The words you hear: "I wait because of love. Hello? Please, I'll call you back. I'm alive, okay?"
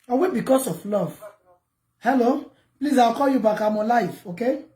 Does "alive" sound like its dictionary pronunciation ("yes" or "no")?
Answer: no